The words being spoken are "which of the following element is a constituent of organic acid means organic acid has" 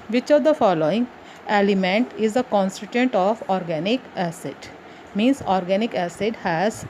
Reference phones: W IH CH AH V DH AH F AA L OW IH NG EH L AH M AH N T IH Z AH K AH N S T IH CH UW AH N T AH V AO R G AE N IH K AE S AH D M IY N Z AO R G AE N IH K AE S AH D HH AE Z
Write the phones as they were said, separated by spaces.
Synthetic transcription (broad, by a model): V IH CH AH V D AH F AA L OW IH NG EH L AH M AH N T IH Z AH K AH N S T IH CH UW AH N T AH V AO R G AE N IH K AE S AH D M IY N S AO R G AE N IH K AE S AH D HH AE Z